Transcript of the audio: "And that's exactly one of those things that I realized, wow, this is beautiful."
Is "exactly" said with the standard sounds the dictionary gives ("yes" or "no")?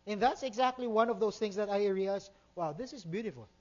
yes